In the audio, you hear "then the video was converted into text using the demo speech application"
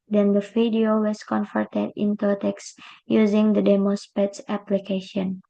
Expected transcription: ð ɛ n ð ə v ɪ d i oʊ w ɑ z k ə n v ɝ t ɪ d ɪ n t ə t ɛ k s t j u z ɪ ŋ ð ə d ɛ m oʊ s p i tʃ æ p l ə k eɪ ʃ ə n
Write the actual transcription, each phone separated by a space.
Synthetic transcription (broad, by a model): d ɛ n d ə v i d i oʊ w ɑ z k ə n f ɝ t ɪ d ɪ n t ə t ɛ k s j u z ɪ ŋ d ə d ɛ m oʊ s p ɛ s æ p l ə k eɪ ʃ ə n